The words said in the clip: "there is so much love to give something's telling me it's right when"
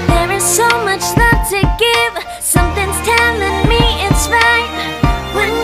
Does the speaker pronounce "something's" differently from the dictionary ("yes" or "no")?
no